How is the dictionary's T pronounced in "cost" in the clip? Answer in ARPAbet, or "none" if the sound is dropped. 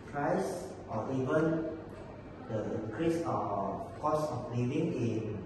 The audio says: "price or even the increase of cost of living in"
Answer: none